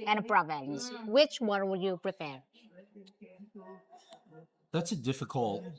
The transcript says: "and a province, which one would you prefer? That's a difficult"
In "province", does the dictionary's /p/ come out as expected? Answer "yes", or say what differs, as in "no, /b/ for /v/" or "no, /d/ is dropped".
no, /b/ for /p/